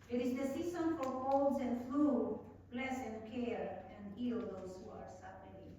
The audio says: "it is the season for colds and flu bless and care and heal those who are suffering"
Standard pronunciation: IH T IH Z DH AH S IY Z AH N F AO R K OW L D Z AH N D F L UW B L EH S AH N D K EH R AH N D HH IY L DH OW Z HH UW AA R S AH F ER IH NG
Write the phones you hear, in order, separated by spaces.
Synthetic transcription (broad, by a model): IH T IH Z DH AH S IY S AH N F AO R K OW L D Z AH N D F L UW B L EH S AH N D K EH R AH N D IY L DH OW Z HH UW AA R S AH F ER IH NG